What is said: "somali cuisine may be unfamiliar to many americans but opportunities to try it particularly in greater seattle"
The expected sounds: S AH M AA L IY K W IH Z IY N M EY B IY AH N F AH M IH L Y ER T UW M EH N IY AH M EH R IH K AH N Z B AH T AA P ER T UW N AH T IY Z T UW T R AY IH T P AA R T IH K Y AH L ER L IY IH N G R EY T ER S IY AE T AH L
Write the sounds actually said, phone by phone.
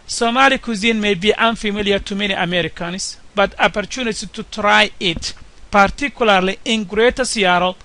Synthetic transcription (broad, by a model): S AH M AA L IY K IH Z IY N M EY B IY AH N F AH M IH L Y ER T UW M EH N IY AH M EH R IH K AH N S B AH T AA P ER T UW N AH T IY T UW T R AY IH T P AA R T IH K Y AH L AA L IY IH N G R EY T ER S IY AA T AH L